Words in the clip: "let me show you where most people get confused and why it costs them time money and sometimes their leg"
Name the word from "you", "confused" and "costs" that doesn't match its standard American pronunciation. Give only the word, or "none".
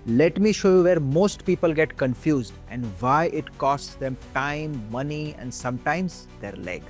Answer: none